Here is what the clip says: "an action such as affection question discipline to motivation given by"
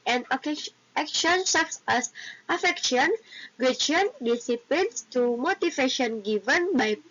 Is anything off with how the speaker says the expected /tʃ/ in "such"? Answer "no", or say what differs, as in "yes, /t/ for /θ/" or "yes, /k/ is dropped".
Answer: yes, /s/ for /tʃ/